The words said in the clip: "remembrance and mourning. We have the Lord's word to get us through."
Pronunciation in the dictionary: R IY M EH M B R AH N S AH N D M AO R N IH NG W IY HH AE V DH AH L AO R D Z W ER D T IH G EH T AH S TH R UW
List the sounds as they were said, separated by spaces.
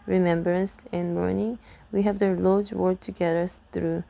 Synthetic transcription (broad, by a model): R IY M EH M B R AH N S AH N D M AO R N IH NG W IY HH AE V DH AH L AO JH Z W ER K T IH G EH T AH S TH R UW